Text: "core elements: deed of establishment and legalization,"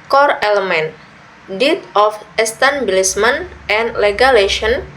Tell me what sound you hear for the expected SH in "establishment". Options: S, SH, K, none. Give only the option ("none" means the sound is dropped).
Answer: S